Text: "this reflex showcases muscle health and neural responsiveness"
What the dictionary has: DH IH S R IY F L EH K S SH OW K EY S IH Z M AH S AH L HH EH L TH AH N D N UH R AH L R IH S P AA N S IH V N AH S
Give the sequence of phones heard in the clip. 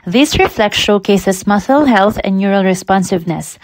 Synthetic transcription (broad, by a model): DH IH S R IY F L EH K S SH OW K EY S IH S M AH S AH L HH EH L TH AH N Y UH R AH L R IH S P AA N S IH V N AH S